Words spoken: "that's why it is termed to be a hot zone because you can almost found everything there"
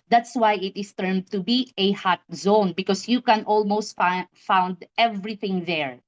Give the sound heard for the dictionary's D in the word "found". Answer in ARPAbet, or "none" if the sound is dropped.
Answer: D